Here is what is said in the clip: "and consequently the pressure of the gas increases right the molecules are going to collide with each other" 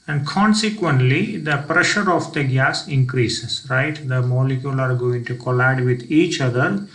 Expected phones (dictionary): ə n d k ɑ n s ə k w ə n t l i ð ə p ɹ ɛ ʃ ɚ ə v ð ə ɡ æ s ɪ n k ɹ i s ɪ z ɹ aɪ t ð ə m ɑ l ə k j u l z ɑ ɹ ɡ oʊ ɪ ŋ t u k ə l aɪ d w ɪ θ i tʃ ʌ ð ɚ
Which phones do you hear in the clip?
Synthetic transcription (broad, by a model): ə n d k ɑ n s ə k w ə n t l i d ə p ɹ ɛ ʃ ɚ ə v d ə ɡ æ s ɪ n k ɹ i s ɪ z ɹ aɪ t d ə m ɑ l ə k j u l ɑ ɹ ɡ oʊ ɪ ŋ t u k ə l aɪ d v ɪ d i tʃ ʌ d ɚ